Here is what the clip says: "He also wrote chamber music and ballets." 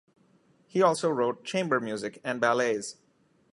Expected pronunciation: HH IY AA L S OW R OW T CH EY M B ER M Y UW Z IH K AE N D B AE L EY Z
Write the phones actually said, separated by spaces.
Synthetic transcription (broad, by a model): HH IY AA L S OW R OW T CH EY M B ER M Y UW Z IH K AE N D B AE L EY Z